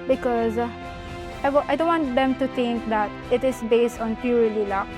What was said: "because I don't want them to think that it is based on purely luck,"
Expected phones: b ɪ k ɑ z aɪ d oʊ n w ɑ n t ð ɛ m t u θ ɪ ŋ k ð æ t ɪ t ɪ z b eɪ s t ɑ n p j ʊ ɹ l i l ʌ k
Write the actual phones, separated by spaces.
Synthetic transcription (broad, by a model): b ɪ k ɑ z aɪ d oʊ n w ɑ n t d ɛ m t u t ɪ ŋ k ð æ t ɪ t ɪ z b eɪ s t ɑ n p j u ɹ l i l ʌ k